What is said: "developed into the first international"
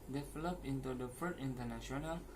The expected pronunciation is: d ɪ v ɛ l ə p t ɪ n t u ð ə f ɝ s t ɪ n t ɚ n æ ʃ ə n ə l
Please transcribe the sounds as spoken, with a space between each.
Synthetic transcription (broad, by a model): d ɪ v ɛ l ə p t ɪ n t u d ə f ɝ t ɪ n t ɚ n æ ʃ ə n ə l